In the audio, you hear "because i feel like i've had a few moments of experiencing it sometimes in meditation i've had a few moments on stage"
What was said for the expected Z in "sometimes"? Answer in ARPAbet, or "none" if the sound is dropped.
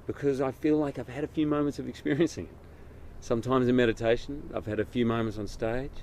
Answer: Z